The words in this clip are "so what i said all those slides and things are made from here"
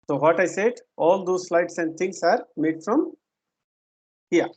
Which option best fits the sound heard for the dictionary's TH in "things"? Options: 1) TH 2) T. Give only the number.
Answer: 2